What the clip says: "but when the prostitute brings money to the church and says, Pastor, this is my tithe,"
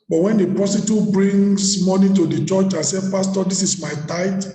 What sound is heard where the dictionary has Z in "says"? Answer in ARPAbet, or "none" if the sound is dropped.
none